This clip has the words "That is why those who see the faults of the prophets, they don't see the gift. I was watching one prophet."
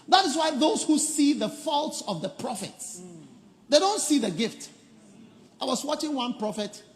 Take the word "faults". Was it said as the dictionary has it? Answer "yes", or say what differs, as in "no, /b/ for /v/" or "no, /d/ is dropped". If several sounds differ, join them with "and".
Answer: yes